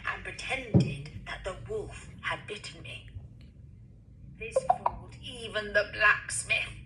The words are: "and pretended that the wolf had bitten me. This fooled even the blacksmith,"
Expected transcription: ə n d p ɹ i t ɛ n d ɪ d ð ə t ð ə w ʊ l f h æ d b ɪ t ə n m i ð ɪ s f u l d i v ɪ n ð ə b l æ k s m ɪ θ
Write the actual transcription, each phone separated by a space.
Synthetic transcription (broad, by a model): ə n p ɹ i t ɛ n d ɪ d ð ə t ð ə w ʊ l f h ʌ d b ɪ t n m i ð ɪ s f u l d i v ɪ n ð ə b l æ k s m ɪ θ